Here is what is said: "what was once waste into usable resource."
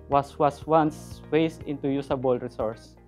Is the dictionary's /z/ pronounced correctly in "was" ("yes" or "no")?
no